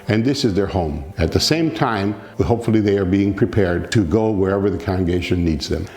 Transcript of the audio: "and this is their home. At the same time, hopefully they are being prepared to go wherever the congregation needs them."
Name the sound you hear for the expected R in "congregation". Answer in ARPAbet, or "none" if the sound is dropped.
none